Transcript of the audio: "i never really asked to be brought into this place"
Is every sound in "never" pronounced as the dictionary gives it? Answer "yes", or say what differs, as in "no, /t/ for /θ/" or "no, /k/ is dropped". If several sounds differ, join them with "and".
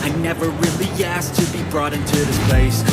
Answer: yes